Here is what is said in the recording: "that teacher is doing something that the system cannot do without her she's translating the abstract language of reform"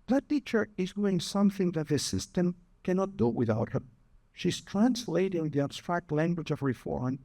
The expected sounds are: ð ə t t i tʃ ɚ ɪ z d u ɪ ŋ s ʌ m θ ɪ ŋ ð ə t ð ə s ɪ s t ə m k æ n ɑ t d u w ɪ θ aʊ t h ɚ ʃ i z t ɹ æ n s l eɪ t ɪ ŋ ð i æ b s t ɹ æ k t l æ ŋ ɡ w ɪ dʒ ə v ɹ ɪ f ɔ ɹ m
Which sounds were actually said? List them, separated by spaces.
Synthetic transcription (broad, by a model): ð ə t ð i tʃ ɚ ɪ z d u ɪ ŋ s ʌ m θ ɪ ŋ ð ə t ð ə s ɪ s t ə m k æ n ɑ t d u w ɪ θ aʊ t h ɚ ʃ i z t ɹ æ n s l eɪ t ɪ ŋ ð i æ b s t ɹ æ k t l æ ŋ ɡ w ɪ dʒ ə v ɹ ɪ f ɔ ɹ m